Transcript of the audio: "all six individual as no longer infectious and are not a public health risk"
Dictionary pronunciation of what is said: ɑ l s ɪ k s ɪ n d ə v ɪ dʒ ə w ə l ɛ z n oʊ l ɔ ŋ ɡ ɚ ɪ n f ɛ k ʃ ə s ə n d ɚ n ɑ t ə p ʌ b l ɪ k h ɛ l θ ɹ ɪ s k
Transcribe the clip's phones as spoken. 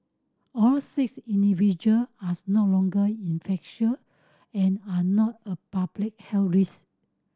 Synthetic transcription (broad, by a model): ɑ l s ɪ k s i n d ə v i dʒ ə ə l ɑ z n oʊ l ɔ ŋ ɡ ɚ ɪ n f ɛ k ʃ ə ə n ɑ n ɑ t ə p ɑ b l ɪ k h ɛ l ɹ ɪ s